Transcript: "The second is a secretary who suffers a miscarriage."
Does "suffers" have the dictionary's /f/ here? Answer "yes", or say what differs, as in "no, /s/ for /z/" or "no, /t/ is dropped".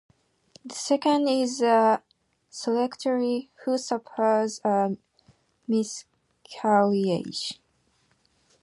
no, /p/ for /f/